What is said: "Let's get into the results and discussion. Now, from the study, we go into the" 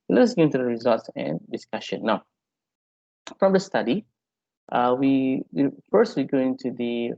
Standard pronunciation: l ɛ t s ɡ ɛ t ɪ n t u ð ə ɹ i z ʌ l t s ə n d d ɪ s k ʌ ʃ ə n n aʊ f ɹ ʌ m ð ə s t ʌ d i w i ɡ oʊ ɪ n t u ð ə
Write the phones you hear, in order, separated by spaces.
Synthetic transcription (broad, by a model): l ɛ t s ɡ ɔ ɪ n t u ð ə ɹ i z ʌ l t s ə n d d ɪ s k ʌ ʃ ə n n aʊ f ɹ ʌ m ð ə s t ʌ d i w i ɡ oʊ ɪ n t u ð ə